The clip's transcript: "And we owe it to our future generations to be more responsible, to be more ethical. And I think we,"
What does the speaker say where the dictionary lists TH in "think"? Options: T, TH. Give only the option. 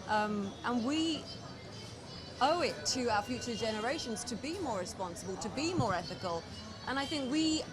TH